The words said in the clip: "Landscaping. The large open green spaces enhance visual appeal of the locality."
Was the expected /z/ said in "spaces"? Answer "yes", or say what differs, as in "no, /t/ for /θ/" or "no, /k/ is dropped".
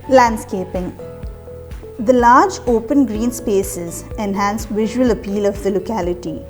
yes